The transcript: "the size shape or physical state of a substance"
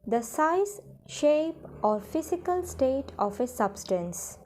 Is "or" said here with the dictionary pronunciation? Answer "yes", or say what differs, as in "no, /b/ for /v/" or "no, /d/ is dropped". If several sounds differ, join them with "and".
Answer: yes